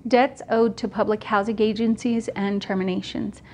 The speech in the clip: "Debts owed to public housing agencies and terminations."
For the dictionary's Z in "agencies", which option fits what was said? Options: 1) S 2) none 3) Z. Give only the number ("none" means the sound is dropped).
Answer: 3